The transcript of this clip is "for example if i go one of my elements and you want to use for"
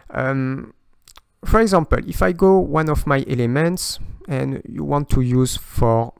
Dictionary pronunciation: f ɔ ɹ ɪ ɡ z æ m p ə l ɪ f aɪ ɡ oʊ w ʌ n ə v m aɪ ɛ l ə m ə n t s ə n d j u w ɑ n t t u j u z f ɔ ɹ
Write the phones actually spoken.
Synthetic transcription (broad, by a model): f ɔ ɹ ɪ ɡ z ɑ m p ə l ɪ f aɪ ɡ oʊ w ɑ n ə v m aɪ ɛ l ə m ə n t s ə n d j u w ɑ n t t u j u z f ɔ ɹ